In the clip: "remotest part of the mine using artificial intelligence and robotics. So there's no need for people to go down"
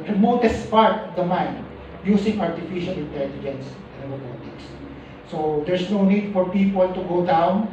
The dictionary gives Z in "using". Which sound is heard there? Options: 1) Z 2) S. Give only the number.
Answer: 2